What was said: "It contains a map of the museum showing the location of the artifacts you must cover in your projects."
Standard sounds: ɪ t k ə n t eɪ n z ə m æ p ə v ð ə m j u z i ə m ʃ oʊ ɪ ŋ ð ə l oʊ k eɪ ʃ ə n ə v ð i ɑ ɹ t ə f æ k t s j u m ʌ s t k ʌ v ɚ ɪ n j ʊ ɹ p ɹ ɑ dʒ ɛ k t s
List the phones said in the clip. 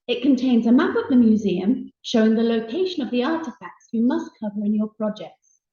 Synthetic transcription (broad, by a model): ɪ t k ə n t eɪ n z ə m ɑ p ə v ð ə m j u z i ə m ʃ oʊ ɪ ŋ ð ə l oʊ k eɪ ʃ ə n ə v ð i ɑ t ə f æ k t s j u m ʌ s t k ʌ v ɚ ɪ n j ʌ p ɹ ɑ dʒ ɛ k t s